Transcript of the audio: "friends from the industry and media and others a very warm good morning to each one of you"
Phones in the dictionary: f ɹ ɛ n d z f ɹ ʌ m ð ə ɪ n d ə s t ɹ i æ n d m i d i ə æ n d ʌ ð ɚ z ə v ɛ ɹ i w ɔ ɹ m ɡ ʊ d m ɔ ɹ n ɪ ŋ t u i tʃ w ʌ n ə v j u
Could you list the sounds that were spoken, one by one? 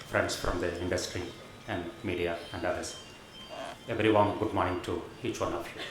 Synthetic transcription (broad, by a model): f ɹ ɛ n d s f ɹ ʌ m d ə ɪ n d ə s t ɹ i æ n d m i d i ə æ n d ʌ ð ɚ s ə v ɹ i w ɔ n ɡ ʊ d m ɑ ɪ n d t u i tʃ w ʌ n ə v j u